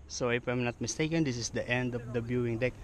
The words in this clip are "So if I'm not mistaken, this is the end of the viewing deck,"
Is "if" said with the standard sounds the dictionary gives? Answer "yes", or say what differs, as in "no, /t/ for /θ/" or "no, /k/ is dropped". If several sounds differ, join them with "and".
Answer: no, /p/ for /f/